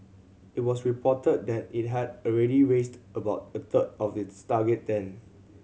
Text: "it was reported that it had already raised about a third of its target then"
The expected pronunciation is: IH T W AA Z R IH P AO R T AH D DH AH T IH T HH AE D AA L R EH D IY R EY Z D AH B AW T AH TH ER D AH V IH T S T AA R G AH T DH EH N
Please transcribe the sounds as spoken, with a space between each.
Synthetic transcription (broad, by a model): IH T W AA S R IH P AO T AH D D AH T IH T HH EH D AA L R EH D IY R EY S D AH B AW T AH T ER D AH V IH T S T AA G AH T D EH N